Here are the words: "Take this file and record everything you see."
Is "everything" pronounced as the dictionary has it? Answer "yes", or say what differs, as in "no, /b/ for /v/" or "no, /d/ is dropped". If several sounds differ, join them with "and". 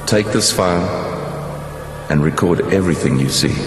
yes